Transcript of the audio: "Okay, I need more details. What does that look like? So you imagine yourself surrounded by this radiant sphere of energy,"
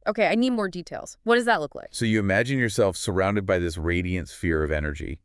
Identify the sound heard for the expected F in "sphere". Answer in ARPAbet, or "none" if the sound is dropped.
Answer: F